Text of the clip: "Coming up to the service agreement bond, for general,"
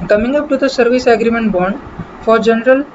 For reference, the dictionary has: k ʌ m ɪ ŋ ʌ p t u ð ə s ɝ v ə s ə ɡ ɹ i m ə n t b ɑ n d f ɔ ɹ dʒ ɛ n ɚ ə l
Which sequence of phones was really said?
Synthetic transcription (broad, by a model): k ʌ m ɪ ŋ ʌ p t u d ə s ɝ v ə s ə ɡ ɹ i m ə n t b ɑ n d f ɔ ɹ dʒ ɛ n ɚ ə l